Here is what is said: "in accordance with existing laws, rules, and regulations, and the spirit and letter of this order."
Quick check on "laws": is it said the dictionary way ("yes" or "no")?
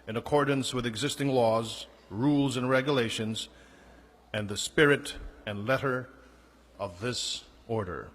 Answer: yes